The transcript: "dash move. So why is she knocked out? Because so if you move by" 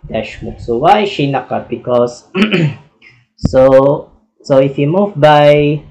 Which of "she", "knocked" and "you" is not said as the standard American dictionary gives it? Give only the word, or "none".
knocked